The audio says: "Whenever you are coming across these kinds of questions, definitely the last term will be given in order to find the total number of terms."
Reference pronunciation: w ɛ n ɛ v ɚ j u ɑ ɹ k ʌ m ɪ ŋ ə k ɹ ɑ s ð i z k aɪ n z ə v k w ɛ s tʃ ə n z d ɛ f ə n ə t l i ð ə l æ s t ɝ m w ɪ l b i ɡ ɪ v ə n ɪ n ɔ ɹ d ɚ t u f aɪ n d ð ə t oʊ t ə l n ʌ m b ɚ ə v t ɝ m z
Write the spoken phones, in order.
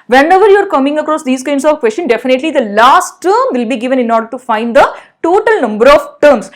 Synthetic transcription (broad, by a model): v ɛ n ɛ v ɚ j u ɑ ɹ k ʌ m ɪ ŋ ə k ɹ ɑ s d i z k aɪ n s ə v k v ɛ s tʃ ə n d ɛ f ə n ə t l i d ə l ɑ s t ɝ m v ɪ l b i ɡ ɪ v ə n ɪ n ɔ ɹ d ɚ t u f aɪ n d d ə t oʊ t ə l n ʌ m b ɚ ə v t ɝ m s